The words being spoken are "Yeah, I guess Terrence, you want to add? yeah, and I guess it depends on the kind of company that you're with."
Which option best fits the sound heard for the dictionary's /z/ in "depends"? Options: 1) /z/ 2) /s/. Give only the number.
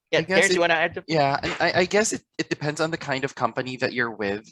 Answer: 1